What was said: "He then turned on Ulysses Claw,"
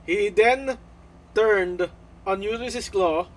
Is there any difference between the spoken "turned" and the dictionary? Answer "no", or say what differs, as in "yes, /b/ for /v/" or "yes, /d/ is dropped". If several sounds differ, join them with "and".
no